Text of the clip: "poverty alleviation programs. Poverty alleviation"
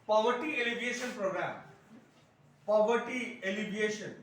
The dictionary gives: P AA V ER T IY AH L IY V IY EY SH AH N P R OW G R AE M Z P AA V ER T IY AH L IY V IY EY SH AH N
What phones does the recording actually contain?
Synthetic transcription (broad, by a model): P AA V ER T IY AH L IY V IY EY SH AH N P R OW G R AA M P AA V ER T IY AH L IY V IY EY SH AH N